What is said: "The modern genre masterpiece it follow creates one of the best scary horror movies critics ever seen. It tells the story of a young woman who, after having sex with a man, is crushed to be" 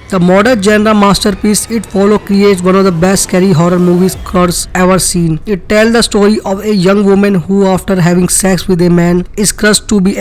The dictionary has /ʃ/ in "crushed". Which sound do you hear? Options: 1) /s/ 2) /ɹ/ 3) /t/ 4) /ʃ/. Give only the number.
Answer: 1